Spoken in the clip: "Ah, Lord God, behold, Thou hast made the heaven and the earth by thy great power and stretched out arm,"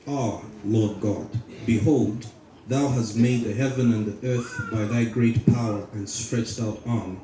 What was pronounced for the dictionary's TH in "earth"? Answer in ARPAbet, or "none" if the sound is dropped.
TH